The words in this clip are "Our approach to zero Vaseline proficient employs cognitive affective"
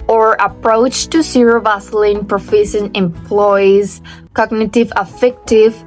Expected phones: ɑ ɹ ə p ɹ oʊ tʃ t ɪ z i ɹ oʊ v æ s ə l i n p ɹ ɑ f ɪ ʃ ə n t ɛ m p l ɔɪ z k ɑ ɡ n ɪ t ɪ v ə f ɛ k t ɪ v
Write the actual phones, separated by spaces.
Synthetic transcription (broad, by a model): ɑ ɹ ə p ɹ oʊ tʃ t ɪ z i ɹ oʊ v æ s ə l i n p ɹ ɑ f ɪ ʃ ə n ɛ m p l ɔɪ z k ɑ ɡ n ɪ t ɪ v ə f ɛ k t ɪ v